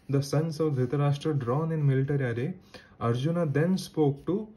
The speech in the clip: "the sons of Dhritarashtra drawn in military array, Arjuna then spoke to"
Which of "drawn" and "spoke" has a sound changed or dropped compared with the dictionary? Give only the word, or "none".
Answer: none